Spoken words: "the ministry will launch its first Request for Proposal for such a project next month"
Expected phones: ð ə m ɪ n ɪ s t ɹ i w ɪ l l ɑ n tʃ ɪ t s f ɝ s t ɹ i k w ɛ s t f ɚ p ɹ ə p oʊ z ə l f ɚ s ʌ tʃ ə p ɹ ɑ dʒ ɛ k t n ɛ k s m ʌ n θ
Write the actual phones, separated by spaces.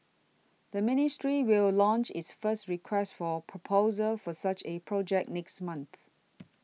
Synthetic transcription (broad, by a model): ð ə m ɪ n ɪ s t ɹ i w ɪ l l ɑ n tʃ ɪ t s f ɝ s t ɹ i k w ɛ s t f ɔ p ɹ ə p oʊ z ə l f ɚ s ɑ tʃ ə p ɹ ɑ dʒ ɛ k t n ɛ k s m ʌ n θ